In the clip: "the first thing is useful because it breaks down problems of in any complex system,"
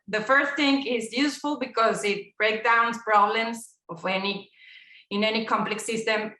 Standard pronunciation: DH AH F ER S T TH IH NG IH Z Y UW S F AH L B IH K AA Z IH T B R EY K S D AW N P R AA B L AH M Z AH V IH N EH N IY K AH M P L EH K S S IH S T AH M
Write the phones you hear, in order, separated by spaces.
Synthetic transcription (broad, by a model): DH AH F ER S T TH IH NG IH Z Y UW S F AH L B IH K AA Z IH T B R EY K D AW N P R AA B L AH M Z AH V IH N EH N IY K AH M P L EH K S S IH S T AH M